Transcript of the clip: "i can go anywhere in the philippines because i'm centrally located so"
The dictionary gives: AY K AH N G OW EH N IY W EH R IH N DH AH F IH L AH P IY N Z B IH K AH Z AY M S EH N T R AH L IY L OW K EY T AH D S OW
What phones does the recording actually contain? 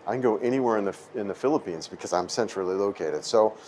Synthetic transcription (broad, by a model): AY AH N G OW EH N IY W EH R IH N DH AH F IH L AH P IY N Z B IH K AH Z AY M S EH N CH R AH L IY L OW K EY T AH D S OW